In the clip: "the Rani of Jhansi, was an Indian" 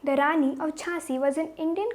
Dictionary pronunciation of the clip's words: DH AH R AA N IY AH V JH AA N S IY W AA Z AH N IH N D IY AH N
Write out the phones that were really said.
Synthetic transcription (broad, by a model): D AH R AA N IY AH V CH AA S IY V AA Z AH N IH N D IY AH N